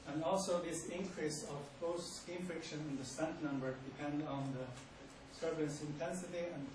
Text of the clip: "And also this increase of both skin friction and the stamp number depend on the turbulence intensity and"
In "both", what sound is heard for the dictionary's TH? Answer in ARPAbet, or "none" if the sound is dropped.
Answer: T